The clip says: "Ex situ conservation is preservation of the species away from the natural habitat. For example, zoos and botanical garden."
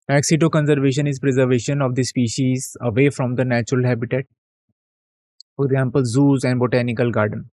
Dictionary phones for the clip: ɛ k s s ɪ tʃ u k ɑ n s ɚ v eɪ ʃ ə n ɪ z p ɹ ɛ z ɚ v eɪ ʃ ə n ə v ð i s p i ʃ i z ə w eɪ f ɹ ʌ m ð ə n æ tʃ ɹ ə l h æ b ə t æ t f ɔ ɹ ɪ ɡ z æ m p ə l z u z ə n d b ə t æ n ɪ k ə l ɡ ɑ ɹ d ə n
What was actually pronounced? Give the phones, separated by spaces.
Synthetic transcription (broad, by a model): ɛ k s s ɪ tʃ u k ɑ n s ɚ v eɪ ʃ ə n ɪ z p ɹ ɛ z ɚ v eɪ ʃ ə n ə v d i s p i ʃ i z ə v eɪ f ɹ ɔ m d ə n æ tʃ ɹ ə l h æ b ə t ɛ t f ɔ ɹ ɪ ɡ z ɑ m p ə l z u z ə n d b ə t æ n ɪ k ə l ɡ ɑ ɹ d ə n